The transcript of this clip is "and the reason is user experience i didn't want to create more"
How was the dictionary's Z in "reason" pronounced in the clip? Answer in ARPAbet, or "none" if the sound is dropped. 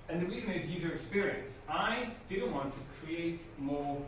Z